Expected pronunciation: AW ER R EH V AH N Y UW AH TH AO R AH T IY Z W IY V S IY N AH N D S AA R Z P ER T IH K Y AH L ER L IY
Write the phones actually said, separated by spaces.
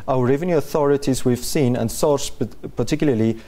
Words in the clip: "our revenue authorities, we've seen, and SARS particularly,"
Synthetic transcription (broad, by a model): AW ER R EH V AH N Y UW AH TH AO R AH T IY Z W IY V S IY N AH N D S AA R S P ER T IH K Y L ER L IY